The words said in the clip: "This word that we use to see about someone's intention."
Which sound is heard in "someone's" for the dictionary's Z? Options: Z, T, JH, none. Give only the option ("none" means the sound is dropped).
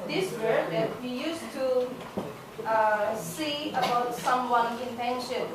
none